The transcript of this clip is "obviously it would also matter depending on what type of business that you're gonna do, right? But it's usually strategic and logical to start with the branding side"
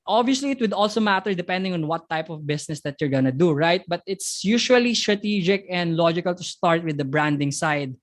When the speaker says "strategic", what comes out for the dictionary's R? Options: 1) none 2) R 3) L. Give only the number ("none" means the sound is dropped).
2